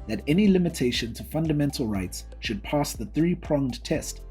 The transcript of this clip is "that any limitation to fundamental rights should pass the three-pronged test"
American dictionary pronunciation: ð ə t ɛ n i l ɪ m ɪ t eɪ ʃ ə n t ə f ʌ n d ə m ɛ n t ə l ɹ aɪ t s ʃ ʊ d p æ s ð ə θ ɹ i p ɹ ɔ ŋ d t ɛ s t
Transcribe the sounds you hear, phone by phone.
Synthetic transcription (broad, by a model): ð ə t ɛ n i l ɪ m ɪ t eɪ ʃ ə n t ə f ʌ n d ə m ɛ n t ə l ɹ aɪ t s ʃ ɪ d p æ s ð ə θ ɹ i p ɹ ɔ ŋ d t ɛ s t